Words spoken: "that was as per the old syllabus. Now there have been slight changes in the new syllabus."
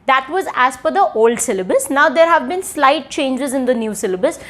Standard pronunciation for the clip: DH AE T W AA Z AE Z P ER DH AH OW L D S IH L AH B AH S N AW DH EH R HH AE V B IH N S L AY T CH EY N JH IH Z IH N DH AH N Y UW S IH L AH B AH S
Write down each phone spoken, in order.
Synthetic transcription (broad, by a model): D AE T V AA Z AE Z F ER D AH OW L D S IH L AH B AH S N AW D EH R HH AE V B IH N S L AY T CH EY N JH IH Z IH N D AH N Y UW S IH L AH B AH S